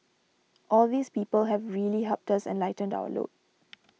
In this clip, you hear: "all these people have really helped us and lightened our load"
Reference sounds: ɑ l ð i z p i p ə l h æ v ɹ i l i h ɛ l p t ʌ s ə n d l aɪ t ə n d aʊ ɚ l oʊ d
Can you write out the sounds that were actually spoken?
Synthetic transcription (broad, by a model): ɑ l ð i s p i p ə l h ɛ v ɹ i l i h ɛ p t ʌ s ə n l aɪ t ə n d aʊ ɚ l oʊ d